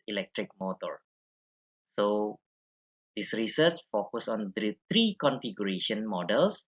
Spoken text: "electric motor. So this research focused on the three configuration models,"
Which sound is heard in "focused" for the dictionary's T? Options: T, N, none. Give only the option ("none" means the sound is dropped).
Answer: none